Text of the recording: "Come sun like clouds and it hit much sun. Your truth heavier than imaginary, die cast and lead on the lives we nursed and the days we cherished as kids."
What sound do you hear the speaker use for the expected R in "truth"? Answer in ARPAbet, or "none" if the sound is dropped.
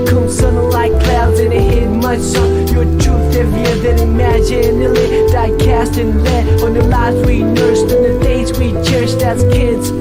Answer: none